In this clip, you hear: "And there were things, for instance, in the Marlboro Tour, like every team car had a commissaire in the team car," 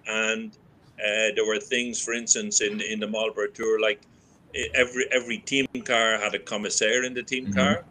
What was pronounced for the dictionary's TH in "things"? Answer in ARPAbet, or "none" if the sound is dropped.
TH